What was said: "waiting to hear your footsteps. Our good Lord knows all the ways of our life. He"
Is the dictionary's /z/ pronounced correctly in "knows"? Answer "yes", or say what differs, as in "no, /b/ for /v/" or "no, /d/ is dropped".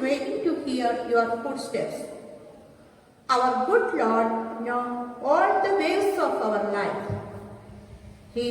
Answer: no, /z/ is dropped